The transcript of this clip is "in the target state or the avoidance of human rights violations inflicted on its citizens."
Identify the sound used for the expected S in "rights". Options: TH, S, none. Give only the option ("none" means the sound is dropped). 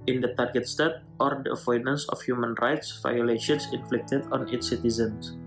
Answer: S